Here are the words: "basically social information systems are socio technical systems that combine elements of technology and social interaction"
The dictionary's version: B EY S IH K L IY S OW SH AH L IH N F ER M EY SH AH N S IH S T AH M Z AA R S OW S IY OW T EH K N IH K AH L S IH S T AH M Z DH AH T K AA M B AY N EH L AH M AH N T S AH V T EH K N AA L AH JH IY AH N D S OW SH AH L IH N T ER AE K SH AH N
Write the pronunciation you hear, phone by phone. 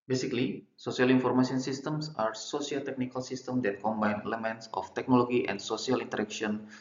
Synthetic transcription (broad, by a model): B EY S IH K L IY S OW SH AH L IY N F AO M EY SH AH N S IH S T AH M S AA R S OW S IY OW T EH K N IH K AH L S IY S T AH M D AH T K AA M B AY N EH L AH M AH N T S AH F T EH K N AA L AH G IY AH N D S OW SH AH L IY N T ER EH K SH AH N